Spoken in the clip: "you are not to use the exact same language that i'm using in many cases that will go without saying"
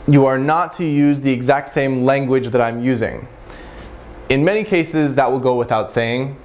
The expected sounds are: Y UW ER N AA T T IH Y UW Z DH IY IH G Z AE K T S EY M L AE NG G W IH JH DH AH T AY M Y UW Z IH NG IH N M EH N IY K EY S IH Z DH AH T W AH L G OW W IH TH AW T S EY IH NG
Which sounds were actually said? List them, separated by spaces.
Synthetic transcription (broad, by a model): Y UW ER N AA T T IH Y UW Z DH IY IH G Z AE K T S EY M L AE NG G W IH JH DH AH T AY M Y UW Z IH NG IH N M EH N IY K EY S IH Z DH AH T W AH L G OW W IH TH AW T S EY IH NG